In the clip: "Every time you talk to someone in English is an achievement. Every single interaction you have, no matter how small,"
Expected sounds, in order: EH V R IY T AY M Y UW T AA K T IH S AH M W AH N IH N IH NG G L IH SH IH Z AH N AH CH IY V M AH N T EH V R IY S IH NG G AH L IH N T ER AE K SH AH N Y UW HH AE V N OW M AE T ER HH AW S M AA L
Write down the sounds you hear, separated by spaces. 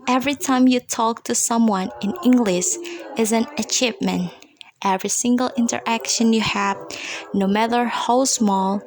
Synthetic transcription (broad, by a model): EH V R IY T AY M Y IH T AA K T IH S AH M W AH N IH N IH NG G L IH SH IH Z AH N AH CH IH P M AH N T EH V R IY S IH NG G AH L IH N T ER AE K SH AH N Y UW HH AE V N OW M AE T ER HH AW S M AA L